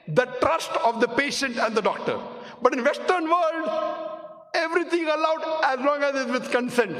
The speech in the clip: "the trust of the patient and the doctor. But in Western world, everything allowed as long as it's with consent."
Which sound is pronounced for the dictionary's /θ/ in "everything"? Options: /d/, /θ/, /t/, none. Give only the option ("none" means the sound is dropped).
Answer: /t/